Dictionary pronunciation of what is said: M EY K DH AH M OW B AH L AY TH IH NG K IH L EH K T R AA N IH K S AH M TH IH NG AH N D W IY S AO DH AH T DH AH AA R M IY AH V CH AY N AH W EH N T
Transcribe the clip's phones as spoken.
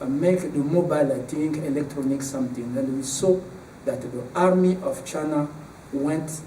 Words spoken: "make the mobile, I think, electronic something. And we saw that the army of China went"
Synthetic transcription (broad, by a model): M EY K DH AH M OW B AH L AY T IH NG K IH L EH K T R AA N IH K S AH M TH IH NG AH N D W IY S AO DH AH T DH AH AA R M IY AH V CH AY N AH W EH N T